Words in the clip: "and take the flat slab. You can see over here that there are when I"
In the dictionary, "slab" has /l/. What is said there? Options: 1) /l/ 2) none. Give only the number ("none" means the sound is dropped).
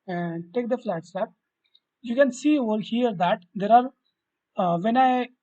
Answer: 2